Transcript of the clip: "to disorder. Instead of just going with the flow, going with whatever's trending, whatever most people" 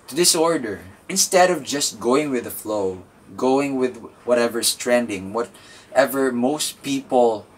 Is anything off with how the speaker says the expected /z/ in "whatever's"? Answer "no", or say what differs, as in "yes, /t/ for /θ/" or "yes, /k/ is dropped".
yes, /s/ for /z/